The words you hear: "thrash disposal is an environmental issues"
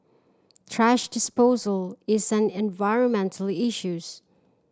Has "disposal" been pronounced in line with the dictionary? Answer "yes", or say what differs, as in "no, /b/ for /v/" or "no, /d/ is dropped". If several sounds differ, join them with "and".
yes